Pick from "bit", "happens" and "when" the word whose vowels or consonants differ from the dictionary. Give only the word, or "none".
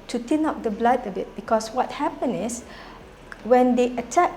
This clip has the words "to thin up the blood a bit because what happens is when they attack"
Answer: happens